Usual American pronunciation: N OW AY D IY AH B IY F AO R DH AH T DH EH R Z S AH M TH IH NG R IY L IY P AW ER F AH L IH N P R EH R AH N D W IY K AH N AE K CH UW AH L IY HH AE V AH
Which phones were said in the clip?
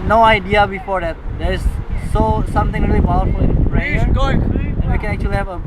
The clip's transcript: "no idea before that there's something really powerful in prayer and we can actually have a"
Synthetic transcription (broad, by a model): N OW AY D IY AH B IY F AO R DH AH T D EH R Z S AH M T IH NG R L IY P AW ER F AH L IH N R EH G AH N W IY K AH N AE K CH UW AH L IY HH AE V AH